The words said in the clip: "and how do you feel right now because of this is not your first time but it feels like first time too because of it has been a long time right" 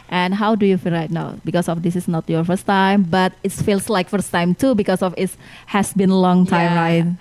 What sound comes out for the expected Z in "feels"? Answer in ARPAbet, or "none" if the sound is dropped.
S